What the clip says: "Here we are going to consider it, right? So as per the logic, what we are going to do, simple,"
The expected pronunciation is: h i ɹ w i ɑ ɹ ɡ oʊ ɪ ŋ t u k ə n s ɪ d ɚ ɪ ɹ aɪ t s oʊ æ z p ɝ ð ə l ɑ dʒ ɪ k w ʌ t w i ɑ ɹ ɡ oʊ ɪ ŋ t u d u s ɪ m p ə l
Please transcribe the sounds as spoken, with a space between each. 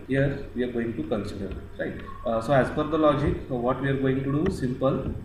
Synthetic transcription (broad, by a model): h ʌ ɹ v i ɑ ɹ ɡ oʊ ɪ ŋ t u k ə n s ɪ d ɚ ɹ aɪ t s oʊ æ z f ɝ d ə l ɑ dʒ ɪ k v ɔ t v i ɑ ɹ ɡ oʊ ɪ ŋ t u d u s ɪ m p ə l